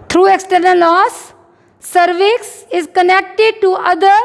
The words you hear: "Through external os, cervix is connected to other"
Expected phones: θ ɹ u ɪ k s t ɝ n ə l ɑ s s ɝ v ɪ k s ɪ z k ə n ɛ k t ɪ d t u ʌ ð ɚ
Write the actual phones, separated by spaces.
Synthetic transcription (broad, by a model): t ɹ u ɪ k s t ɝ n ə l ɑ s s ɝ v ɪ k s ɪ z k ə n ɛ k t ɪ d t u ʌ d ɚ